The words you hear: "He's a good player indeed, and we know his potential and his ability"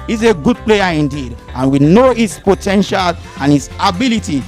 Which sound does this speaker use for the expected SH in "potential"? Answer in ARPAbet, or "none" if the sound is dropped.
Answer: SH